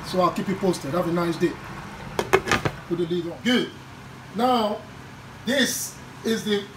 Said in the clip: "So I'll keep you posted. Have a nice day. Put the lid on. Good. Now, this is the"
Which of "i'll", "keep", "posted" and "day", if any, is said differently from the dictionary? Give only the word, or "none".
none